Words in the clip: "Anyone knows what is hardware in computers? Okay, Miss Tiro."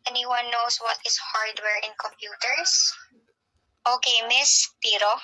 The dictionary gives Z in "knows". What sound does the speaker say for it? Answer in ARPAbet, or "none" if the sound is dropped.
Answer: S